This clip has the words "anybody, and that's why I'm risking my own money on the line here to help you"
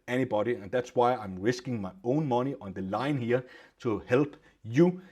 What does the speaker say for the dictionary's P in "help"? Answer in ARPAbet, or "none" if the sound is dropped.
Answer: B